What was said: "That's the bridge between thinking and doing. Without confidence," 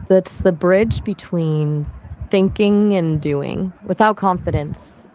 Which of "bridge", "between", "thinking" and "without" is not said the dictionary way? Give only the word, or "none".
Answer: none